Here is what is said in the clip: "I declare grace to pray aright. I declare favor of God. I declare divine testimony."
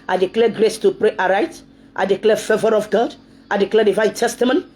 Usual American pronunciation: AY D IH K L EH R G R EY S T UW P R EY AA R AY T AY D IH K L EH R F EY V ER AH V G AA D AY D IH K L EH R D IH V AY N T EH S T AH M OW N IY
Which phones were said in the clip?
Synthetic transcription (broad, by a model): AY D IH K L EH G R EY S T UW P R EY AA R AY T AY D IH K L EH F EY V ER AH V G AA D AY D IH K L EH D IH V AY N T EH S T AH M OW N